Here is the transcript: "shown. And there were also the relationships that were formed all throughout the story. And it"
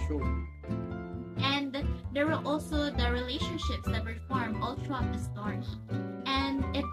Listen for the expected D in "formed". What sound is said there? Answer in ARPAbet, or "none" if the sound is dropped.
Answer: none